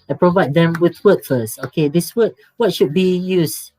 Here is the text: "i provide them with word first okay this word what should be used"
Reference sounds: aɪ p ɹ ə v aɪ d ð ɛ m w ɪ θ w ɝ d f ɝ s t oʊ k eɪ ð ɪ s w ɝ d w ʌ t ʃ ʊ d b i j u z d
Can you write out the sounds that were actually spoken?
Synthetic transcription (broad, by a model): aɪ p ɹ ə v aɪ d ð ɛ m w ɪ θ w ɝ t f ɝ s oʊ k eɪ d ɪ s w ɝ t w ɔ t ʃ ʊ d b i j u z